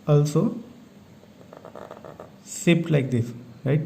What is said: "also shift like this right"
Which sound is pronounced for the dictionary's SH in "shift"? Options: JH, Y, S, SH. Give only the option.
S